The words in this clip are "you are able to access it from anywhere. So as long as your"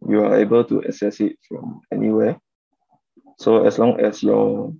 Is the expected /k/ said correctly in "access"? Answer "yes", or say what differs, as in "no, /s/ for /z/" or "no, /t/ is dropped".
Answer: no, /k/ is dropped